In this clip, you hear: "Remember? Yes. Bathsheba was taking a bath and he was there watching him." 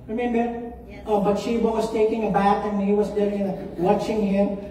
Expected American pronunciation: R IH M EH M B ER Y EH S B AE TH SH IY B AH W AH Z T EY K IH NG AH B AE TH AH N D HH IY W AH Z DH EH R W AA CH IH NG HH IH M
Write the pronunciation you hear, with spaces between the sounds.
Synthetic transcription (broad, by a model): R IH M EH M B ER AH B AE T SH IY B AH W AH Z T EY K IH NG AH B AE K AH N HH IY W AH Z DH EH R W AA CH IH NG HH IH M